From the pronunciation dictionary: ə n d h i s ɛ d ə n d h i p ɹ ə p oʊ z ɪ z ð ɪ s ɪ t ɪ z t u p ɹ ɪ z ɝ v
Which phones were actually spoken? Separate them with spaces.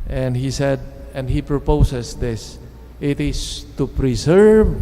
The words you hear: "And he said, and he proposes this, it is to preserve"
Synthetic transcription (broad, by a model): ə n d h i s ɛ d ə n d h i p ɹ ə p oʊ s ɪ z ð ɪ s ɪ t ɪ s t u p ɹ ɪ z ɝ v